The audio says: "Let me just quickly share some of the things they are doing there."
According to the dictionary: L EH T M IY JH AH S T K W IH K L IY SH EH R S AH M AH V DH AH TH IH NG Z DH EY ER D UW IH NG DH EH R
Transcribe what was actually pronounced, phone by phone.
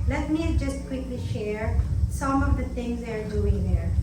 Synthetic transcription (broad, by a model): L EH T M IY JH AH S T K W IH K L IY SH EH R S AH M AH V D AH T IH NG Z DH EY ER D UW IH NG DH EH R